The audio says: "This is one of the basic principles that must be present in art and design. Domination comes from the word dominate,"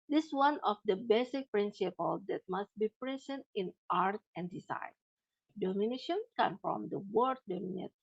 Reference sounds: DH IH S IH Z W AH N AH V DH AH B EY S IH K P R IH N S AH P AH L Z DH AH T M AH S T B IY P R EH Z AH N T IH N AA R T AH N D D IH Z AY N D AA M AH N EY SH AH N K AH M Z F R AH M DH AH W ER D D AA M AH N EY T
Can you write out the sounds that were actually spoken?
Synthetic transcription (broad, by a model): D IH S W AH N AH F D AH B EY S IH K P R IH N S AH P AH L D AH T M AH S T B IY P R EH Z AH N T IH N AA R T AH N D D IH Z AY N D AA M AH N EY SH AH N K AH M F R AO M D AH W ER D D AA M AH N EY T